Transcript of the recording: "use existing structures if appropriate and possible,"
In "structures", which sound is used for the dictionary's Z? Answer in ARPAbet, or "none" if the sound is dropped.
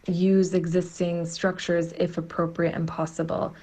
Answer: Z